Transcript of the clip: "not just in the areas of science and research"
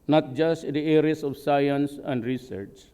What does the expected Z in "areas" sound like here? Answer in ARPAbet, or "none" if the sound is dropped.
S